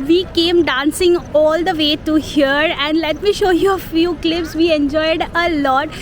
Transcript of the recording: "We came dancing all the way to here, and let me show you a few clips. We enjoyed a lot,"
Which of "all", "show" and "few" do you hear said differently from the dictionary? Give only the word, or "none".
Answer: none